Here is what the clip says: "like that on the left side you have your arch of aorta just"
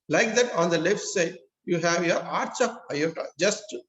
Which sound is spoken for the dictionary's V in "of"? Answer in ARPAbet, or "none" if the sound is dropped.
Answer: P